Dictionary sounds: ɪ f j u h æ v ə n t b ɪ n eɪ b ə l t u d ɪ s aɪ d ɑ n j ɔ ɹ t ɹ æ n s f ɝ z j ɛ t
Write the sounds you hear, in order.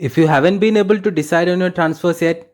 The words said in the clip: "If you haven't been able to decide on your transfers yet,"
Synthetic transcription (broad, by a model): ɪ f j u h æ v ə n t b ɪ n eɪ b ə l t u d ɪ s aɪ d ɑ n j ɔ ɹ t ɹ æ n s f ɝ s j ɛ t